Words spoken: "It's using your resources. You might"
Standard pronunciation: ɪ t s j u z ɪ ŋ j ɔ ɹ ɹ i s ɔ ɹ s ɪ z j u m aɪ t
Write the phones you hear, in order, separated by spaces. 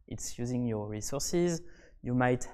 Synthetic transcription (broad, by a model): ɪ t s j u z ɪ ŋ j ɔ ɹ ɹ i s ɔ ɹ s ɪ z j u m aɪ t